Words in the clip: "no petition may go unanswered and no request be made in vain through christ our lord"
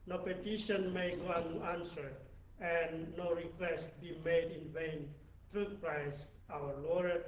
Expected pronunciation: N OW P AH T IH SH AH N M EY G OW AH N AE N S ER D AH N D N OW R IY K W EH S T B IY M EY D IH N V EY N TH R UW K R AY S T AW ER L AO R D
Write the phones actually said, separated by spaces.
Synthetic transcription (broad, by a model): N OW P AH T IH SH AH N M EY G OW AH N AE N S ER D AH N N OW R IY K W EH S T B IY M EY D IH N V EY N T R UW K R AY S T AW ER L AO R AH